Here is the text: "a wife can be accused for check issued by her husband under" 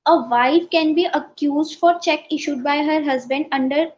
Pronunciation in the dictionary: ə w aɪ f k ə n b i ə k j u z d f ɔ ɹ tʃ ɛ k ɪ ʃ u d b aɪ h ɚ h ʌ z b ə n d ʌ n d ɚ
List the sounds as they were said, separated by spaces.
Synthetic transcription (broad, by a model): ə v aɪ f k ə n b i ə k j u z d f ɔ ɹ tʃ ɛ k ɪ ʃ u d b aɪ h ɚ h ʌ z b ə n d ʌ n d ɚ